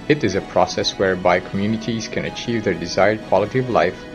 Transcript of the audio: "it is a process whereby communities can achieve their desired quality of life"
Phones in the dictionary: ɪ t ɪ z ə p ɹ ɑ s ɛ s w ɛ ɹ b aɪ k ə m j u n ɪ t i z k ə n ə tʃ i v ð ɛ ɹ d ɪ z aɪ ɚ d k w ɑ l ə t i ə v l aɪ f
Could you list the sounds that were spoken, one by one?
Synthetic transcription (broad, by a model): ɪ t ɪ z ə p ɹ ɑ s ɛ s w ɛ ɹ b aɪ k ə m j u n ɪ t i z k ə n ə tʃ i v ð ɛ ɹ d ɪ z aɪ ɚ d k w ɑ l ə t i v l aɪ f